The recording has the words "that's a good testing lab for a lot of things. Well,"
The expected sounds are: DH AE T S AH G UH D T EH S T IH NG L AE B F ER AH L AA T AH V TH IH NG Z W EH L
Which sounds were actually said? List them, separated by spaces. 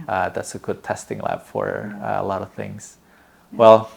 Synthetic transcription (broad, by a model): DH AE T S AH G UH D T EH S T IH NG L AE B F ER AH L AA T AH V TH IH NG Z W EH L